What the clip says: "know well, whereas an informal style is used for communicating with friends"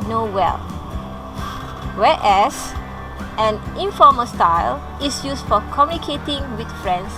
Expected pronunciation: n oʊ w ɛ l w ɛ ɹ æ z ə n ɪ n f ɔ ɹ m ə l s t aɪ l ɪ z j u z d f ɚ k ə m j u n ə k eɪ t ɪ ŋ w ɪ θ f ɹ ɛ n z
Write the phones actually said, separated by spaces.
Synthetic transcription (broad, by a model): n oʊ w ɛ l w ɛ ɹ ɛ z ə n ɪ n f ɔ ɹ m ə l s t aɪ l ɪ s j u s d f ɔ k ə m j u n ə k eɪ t ɪ ŋ w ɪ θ f ɹ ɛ n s